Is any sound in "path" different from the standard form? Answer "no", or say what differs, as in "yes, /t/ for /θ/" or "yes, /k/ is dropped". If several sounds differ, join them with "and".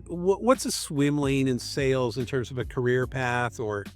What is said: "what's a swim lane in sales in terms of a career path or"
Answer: no